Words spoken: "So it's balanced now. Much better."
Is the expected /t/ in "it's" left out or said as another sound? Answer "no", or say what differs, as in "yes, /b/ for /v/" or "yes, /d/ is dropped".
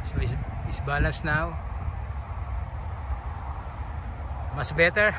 yes, /s/ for /t/